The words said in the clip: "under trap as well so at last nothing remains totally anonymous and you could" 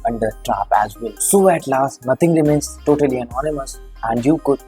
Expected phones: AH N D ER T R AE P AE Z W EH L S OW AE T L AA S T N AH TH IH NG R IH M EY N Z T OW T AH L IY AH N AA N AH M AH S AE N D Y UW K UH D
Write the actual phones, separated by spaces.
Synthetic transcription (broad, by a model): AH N D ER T R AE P AE Z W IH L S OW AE T L AA S T N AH T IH NG R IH M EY N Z T OW T AH L IY AH N AA N AH M AH S AE N D Y UW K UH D